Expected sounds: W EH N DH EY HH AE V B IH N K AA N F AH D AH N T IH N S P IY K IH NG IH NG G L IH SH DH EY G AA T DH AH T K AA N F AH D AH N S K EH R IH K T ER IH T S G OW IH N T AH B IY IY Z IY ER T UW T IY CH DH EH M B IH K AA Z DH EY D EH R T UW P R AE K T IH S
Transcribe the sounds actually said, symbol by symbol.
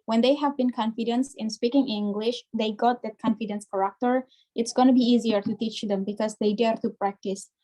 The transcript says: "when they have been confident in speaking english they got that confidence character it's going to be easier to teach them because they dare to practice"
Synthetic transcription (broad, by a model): W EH N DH EY HH AE V B IH N K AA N F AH D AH N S IH N S P IY K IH NG IH NG G L IH SH DH EY G AA T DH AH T K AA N F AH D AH N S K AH R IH K T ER IH T S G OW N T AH B IY IY Z IY ER T UW T IY CH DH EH M B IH K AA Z DH EY D EH R T UW P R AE K T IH S